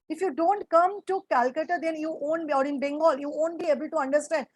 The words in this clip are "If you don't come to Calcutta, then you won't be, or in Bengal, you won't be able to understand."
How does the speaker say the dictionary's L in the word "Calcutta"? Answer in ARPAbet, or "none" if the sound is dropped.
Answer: L